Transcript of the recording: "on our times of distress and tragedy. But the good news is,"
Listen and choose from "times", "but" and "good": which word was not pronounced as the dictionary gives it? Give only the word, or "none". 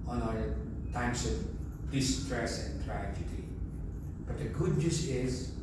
times